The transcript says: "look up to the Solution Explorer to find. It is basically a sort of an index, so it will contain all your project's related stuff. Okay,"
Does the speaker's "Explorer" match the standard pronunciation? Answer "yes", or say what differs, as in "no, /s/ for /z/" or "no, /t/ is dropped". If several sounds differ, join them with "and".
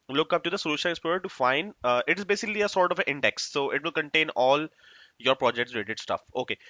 no, /ɹ/ is dropped